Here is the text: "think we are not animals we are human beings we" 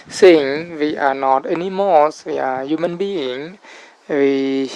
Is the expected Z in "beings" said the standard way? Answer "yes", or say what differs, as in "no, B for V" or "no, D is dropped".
no, Z is dropped